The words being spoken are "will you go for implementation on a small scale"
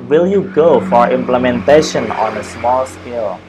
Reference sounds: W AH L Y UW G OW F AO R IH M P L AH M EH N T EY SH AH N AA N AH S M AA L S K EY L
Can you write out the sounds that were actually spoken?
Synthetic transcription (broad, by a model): W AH L Y UW G OW F AO R IH M P L AH M EH N T EY SH AH N AA N AH S M AA L S K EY L